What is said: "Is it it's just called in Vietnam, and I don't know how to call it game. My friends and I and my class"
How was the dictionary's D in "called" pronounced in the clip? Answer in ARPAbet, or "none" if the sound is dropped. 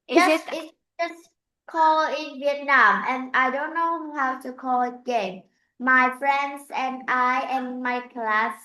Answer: none